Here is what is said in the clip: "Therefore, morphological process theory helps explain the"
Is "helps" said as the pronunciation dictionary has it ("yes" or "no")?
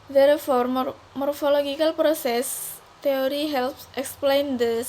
yes